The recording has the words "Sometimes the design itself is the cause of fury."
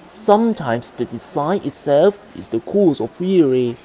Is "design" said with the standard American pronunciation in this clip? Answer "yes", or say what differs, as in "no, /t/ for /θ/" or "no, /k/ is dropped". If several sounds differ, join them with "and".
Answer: no, /s/ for /z/